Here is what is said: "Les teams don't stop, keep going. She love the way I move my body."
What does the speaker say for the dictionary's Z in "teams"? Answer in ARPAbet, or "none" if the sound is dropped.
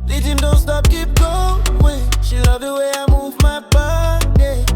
none